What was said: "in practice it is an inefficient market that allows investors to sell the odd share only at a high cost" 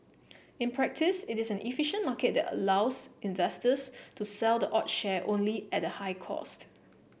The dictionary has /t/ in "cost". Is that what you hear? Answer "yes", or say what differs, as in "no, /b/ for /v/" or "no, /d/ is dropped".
yes